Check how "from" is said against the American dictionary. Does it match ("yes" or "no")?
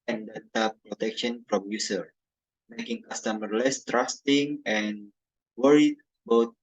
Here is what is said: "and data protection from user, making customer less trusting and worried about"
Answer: no